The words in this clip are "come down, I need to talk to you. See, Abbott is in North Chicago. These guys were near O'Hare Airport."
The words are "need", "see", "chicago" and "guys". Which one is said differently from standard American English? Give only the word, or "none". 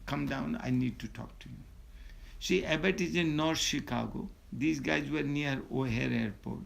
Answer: see